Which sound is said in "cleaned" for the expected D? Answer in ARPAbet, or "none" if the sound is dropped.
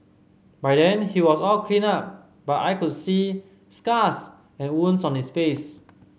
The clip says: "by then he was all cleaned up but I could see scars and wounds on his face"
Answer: none